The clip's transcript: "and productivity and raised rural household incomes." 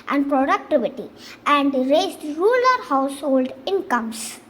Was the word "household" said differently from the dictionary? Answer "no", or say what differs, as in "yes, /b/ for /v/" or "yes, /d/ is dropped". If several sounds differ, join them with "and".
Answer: no